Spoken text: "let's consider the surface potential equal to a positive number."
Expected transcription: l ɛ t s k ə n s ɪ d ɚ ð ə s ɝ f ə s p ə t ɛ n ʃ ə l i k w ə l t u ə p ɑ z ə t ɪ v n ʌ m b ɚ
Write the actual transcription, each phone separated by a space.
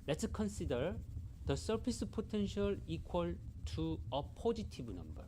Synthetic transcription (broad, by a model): l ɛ t s k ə n s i d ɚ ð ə s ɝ p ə s p ə t ɛ n ʃ ə l i k w ə l t u ə p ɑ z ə t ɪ b n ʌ m b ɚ